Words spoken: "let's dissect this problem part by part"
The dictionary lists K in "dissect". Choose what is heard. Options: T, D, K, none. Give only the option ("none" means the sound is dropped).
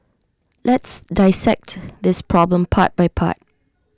K